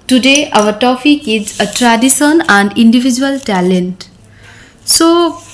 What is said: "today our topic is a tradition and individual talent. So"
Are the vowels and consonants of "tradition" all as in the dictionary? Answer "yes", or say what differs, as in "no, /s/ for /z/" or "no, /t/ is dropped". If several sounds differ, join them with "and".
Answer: no, /s/ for /ʃ/